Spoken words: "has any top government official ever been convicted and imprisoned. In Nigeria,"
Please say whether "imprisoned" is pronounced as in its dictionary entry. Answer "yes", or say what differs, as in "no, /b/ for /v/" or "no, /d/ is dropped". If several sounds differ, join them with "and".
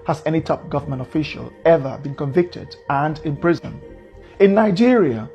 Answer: no, /d/ is dropped